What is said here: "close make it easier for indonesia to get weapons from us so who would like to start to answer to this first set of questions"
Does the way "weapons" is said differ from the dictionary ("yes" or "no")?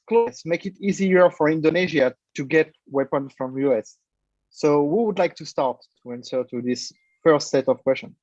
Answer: yes